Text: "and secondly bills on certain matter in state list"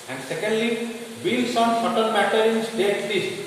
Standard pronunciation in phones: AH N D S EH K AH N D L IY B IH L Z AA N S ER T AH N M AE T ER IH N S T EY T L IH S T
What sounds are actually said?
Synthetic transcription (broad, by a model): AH N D S EH K AH N D L IY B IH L S AA N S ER T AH L M AE T ER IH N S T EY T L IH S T